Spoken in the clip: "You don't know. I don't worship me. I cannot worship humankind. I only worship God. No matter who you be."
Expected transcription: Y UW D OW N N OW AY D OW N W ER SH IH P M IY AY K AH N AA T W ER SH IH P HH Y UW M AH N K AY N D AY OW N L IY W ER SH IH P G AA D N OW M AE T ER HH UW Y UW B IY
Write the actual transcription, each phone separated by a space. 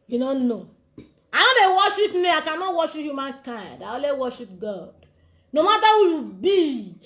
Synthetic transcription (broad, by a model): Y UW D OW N N OW AY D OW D W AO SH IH P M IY AY K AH N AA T W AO SH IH P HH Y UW M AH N K AY N D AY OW L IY W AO SH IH P G AA D N OW M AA T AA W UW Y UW B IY